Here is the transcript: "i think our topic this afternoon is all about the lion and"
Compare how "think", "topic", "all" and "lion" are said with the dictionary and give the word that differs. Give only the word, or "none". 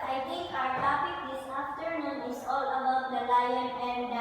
think